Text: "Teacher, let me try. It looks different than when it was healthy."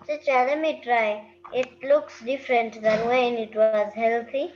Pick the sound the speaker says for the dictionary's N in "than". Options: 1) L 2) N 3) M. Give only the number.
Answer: 2